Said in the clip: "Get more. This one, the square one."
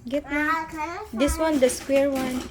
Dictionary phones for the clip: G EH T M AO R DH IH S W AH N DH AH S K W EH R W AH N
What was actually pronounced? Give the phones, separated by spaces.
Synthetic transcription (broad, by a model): G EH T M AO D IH S W AH N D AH S K W EH R W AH N